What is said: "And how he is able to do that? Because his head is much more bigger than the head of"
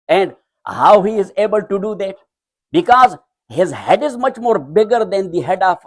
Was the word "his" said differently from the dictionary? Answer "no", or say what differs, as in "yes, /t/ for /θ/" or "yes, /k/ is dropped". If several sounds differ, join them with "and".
no